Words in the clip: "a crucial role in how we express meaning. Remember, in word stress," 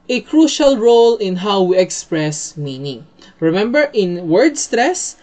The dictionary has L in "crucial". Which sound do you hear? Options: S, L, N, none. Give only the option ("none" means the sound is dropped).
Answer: L